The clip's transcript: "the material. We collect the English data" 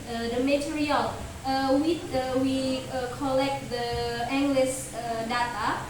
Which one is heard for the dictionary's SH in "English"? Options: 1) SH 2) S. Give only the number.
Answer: 2